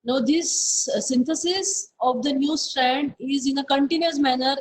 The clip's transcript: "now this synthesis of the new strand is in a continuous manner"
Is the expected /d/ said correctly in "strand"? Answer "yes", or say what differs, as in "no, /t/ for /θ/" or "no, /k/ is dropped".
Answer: yes